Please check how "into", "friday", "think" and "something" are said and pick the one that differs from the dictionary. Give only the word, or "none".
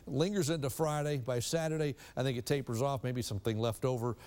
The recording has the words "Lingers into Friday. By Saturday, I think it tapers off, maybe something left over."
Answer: none